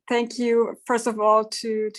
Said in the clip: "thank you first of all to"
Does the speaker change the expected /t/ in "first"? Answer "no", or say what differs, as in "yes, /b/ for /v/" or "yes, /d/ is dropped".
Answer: no